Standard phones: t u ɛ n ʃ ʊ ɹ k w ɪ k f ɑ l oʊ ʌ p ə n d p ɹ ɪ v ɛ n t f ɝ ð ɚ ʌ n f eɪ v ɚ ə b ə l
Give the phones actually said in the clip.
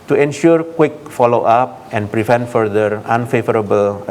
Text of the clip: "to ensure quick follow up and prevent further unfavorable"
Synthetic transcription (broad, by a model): t u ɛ n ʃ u ɹ k w ɪ k f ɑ l oʊ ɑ p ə n p ɹ ɪ v ɛ n t f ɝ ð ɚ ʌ n f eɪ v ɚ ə b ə l